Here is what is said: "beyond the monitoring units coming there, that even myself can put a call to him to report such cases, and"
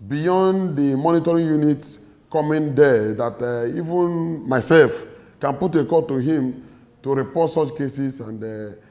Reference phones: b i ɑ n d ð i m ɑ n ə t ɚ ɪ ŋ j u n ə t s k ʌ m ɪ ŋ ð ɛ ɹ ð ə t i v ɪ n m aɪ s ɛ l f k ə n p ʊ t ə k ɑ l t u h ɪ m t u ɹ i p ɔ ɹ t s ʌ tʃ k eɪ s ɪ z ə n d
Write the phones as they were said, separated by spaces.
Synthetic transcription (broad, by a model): b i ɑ n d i m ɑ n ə t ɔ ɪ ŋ j u n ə t k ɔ m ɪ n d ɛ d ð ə t i v ɪ n m aɪ s ɛ l f k ə n p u t ə k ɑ t u h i m t u ɹ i p ɔ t s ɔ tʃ k eɪ s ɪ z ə n d